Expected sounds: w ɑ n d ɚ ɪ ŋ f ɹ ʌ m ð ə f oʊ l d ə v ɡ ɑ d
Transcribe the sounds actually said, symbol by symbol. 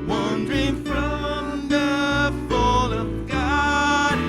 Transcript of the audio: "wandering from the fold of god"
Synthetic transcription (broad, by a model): w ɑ n d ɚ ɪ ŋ f ɹ ʌ m ð ə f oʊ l ə v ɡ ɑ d